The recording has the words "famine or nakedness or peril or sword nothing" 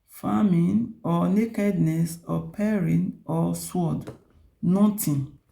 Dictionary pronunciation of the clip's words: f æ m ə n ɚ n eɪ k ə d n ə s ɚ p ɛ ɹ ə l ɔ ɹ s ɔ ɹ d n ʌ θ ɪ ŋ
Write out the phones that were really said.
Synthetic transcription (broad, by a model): f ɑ m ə n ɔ n eɪ k ə d n ə s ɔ p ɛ ɹ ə n ɔ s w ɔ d n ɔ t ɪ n